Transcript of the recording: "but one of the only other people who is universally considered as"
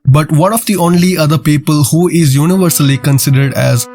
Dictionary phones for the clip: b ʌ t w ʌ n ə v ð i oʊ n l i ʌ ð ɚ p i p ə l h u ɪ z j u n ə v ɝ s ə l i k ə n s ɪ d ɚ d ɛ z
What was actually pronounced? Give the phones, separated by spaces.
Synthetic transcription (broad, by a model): b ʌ t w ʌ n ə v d i oʊ n l i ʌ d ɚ p i p ə l h u ɪ z j u n ə v ɝ s ə l i k ə n s ɪ d ɚ d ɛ z